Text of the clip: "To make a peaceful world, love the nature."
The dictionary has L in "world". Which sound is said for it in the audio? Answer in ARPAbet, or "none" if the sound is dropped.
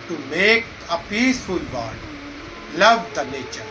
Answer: none